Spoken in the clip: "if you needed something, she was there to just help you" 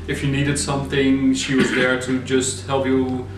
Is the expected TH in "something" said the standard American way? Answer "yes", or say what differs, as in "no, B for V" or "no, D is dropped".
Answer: yes